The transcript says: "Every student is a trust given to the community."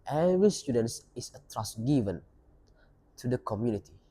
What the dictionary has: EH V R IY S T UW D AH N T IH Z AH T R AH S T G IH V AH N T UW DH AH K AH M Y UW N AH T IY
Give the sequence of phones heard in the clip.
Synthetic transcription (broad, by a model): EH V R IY S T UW D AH N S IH S AH T R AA S G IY V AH N T UW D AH K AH M Y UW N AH T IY